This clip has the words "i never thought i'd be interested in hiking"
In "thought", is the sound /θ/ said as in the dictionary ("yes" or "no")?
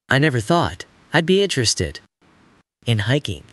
yes